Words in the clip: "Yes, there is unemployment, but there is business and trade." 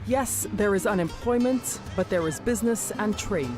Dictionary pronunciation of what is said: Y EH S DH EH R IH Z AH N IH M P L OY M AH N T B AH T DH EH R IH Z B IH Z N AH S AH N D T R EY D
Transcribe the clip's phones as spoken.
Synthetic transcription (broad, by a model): Y EH S DH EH R IH Z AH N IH M P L OY M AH N T B AH T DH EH R IH Z B IH Z N AH S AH N T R EY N